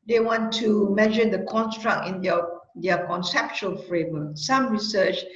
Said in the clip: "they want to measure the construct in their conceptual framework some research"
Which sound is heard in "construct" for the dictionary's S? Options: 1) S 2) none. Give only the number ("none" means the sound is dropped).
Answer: 1